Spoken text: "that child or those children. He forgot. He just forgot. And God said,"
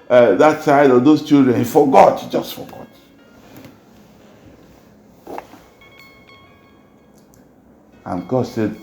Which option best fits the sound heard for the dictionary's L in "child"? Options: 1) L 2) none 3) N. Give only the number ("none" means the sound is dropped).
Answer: 2